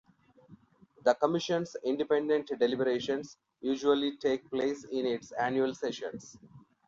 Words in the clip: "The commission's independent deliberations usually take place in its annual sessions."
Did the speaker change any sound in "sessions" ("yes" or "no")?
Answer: yes